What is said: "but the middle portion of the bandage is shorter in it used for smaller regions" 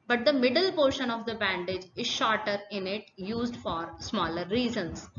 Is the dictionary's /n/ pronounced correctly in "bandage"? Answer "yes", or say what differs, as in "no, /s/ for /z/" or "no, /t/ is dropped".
yes